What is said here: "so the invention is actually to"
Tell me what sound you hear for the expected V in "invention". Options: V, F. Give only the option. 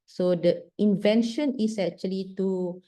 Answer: V